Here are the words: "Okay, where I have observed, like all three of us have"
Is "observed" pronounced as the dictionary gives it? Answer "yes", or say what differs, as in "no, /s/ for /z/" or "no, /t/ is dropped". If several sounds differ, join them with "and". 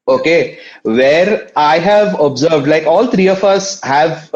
yes